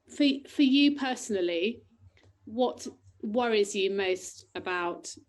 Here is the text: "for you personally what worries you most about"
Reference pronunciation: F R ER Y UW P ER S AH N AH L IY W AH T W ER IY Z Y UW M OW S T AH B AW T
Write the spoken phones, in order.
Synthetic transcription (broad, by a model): F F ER Y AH P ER S AH N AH L IY W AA T W ER IY Z Y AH M OW S T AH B AW T